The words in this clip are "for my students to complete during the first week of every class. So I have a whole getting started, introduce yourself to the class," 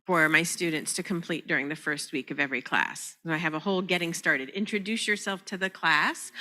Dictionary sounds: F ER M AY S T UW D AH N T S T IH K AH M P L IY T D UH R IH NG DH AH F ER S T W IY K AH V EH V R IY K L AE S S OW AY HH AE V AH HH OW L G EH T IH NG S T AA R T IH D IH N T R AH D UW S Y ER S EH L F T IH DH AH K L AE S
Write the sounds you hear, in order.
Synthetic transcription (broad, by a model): F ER M AY S T UW D N T S T IH K AH M P L IY T D UH R IH NG DH AH F ER S T W IY K AH V EH V R IY K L AE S S OW AY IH V AH HH OW L G EH T IH NG S T AA R T IH D IH N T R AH D UW S Y ER S EH L F T IH DH AH K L AE S